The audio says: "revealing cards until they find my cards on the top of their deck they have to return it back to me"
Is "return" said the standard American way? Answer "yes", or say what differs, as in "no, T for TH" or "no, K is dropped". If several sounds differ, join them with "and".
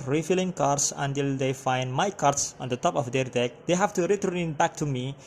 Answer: no, N is dropped